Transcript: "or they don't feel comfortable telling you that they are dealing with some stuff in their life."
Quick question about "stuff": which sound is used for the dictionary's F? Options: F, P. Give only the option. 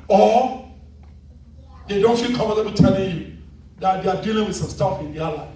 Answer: F